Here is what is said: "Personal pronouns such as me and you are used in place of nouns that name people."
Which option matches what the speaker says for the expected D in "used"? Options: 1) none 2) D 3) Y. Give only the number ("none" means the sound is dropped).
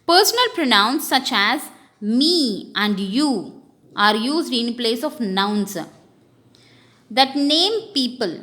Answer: 2